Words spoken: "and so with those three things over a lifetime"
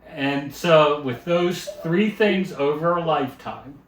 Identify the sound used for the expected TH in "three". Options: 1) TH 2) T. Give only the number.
1